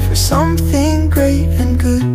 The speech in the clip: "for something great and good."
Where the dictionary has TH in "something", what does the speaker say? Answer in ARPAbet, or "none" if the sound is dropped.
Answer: TH